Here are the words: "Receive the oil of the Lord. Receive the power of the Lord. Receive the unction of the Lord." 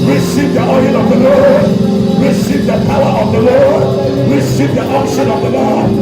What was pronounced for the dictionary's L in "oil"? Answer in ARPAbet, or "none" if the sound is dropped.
N